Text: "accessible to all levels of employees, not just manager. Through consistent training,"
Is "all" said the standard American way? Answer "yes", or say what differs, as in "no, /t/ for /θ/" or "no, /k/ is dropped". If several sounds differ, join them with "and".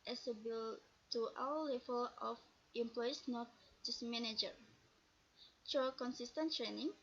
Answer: no, /w/ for /l/